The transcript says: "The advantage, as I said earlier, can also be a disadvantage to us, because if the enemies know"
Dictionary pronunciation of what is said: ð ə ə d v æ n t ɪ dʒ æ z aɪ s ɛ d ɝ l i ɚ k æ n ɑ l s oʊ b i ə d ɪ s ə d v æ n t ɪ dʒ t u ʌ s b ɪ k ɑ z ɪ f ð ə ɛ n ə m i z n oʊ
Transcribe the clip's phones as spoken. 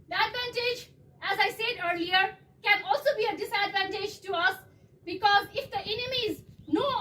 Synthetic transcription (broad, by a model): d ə ə d v æ n t ɪ dʒ æ z aɪ s ɛ d ɝ l i ɚ k æ n ɑ l s oʊ b i ə d ɪ s ə d v æ n t ɪ dʒ t u ʌ s b ɪ k ɑ z ɪ f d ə ɛ n ə m i z n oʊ